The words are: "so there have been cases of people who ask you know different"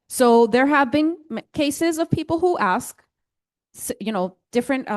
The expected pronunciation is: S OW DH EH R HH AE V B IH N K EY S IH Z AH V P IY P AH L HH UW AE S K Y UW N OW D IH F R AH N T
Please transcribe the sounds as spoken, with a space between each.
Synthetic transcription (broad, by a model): S OW DH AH R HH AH V B IH N K EY S IH Z AH V P IY P L HH UW AE S K Y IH N OW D IH F R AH N T